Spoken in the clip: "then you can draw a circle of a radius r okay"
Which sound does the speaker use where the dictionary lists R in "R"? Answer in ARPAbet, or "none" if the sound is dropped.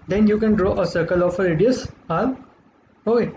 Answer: L